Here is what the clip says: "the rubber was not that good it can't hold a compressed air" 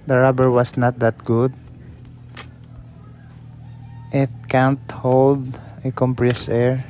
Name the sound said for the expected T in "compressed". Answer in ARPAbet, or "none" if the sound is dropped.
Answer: none